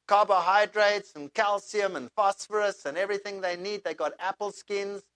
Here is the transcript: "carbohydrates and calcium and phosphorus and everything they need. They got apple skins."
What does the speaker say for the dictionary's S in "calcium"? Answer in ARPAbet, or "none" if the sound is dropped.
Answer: S